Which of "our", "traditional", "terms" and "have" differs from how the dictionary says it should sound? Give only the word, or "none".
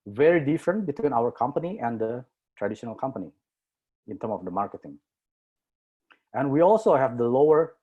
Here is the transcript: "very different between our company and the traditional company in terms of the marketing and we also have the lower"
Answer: terms